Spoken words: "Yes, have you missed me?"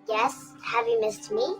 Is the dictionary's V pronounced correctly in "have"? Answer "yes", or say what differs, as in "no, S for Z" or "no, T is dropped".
yes